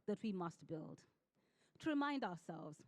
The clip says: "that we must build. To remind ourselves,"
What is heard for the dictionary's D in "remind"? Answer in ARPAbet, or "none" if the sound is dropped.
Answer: D